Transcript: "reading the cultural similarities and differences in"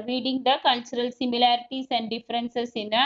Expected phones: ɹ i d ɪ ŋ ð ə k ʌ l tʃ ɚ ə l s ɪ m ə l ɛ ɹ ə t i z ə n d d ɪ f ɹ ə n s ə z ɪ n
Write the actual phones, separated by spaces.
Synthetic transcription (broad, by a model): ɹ i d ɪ ŋ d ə k ʌ l tʃ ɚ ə l s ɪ m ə l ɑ ɹ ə t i s ə n d d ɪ f ɹ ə n s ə s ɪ n